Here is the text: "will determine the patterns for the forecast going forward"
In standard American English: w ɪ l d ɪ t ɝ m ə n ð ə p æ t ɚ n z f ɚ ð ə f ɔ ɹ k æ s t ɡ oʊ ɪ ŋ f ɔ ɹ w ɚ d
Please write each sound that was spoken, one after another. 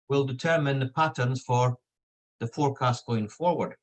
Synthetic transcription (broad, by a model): w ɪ l d ɪ t ɝ m ə n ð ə p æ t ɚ n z f ɚ ð ə f ɔ ɹ k æ s t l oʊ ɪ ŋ f ɔ ɹ w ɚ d